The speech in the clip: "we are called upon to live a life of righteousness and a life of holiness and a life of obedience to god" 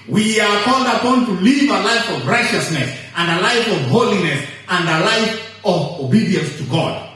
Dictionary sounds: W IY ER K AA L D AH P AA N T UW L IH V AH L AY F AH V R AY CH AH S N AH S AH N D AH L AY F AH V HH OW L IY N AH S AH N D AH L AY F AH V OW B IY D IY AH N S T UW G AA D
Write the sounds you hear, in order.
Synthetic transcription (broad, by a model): W IY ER K AA L D AH P AA N T UW L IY V AH L AY F AH V R AY CH AH S N AH S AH N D AH L AY F AH V HH OW L IY N AH S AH N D AH L AY F AH V OW B IY D IY AH N S T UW G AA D